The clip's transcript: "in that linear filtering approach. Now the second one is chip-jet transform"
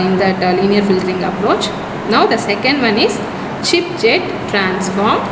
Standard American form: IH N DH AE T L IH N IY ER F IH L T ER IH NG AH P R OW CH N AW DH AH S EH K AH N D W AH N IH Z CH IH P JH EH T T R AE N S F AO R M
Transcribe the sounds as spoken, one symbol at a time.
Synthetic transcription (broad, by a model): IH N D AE T L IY N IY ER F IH L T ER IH NG AH P R OW CH N AW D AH S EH K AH N D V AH N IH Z CH IH P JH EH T T R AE N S F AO R M